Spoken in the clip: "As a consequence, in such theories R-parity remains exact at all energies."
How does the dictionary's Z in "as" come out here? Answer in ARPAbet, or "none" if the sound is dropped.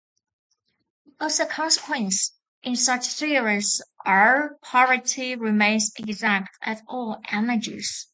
S